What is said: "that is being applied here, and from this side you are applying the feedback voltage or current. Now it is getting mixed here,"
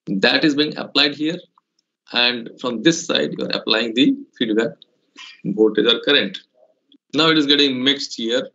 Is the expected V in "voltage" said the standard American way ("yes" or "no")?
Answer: no